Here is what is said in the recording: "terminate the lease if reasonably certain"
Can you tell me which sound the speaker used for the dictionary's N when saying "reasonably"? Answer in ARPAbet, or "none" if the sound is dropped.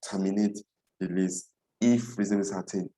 none